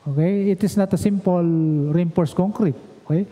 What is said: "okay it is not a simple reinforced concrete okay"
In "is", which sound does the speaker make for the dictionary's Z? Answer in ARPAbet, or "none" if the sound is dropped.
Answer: S